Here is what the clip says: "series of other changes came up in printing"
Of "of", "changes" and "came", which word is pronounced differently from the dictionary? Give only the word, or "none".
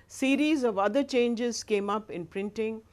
none